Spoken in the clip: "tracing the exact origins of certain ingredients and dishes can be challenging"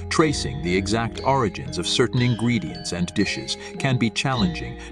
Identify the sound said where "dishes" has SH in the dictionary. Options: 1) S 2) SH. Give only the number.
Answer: 2